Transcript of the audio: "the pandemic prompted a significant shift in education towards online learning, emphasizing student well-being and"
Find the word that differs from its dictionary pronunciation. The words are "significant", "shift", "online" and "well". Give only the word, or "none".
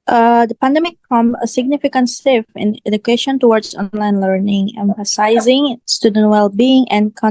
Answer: shift